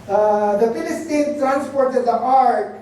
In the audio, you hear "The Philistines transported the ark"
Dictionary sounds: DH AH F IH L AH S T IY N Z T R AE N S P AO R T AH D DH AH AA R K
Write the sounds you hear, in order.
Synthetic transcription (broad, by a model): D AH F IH L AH S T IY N T R AE N S P AO R T AH D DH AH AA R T